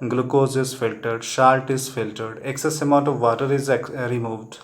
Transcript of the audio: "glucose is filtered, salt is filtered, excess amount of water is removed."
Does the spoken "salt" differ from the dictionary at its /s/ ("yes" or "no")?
yes